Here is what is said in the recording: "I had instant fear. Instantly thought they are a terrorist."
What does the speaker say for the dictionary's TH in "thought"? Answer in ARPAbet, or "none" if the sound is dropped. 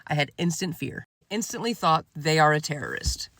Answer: TH